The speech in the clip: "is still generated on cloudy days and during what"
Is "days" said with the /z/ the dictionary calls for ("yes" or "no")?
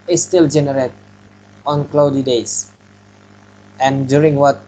no